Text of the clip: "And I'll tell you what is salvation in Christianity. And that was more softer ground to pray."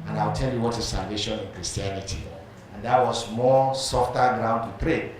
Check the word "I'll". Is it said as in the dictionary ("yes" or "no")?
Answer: no